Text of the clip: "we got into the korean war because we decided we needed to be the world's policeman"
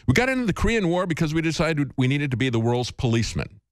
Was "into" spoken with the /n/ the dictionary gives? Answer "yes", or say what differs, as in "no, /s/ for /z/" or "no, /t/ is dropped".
yes